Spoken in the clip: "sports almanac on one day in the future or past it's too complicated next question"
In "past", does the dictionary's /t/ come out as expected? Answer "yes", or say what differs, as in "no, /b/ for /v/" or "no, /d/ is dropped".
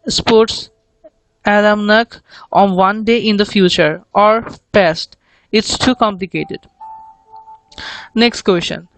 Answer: yes